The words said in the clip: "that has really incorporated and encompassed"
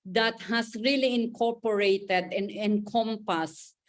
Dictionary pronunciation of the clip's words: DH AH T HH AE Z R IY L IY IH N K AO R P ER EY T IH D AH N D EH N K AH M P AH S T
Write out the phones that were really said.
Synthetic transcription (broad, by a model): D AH T HH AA S R IY L IY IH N K AO R P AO EY T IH D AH N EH N K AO M P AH S